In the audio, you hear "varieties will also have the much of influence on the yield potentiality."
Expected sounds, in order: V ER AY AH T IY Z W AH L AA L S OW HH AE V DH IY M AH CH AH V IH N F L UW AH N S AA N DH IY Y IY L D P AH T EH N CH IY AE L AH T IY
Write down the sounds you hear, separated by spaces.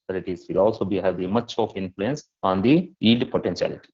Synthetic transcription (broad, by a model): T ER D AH T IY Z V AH L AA L S OW HH AE V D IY M AH CH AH F IH N F L UW AH N S AA N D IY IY D P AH T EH N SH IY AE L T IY